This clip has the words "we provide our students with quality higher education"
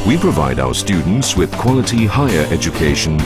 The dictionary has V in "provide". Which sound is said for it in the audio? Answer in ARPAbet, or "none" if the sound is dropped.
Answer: V